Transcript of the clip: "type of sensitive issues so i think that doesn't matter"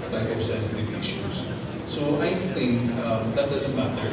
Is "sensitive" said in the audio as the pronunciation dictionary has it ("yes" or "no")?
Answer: no